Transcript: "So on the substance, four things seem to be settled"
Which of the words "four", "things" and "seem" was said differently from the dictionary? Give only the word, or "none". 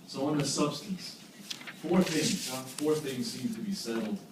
none